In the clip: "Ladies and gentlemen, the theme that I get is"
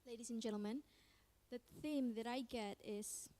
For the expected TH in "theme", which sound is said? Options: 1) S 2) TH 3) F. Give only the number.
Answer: 2